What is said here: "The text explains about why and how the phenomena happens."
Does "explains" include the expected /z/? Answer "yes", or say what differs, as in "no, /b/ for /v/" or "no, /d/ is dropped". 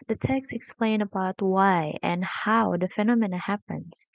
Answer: no, /z/ is dropped